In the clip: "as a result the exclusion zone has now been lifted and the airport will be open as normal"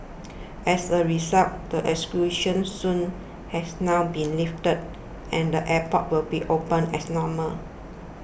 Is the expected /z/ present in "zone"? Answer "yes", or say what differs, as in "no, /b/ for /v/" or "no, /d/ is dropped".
no, /s/ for /z/